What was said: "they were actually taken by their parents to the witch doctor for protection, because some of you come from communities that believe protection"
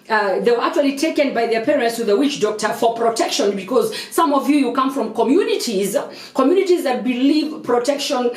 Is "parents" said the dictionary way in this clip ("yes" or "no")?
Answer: yes